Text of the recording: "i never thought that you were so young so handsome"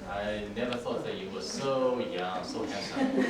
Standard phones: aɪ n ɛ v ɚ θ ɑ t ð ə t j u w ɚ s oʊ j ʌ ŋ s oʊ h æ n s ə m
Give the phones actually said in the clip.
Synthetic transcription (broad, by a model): aɪ n ɛ v ɚ θ ɑ t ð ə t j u w ɚ s oʊ j ʌ ŋ s oʊ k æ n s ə